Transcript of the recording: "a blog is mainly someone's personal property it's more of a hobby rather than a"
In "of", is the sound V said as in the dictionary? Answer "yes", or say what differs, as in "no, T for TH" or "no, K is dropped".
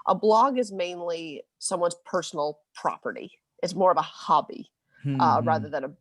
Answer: yes